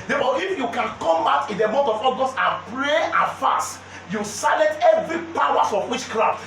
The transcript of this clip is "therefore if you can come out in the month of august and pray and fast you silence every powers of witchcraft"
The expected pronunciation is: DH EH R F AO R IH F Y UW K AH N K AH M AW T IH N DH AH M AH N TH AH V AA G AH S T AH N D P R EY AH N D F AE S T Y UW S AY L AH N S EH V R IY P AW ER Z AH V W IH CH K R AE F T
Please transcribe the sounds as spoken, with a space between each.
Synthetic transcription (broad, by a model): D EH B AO IH F Y UW K AH N K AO M AW T IH N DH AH M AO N T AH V AA G AH S T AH N P R EY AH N F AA S T Y UW S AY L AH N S EH V R IY P AW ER S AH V W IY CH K R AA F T